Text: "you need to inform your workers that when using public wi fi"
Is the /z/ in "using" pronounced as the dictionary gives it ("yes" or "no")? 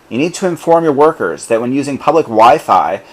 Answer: yes